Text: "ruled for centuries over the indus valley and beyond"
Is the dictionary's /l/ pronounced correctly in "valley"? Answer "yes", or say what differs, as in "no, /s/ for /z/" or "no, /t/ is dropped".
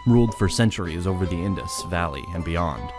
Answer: yes